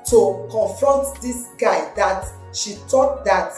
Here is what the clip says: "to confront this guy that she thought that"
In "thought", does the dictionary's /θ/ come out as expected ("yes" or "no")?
no